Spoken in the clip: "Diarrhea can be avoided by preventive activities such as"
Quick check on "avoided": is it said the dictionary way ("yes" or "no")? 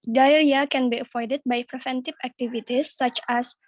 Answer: no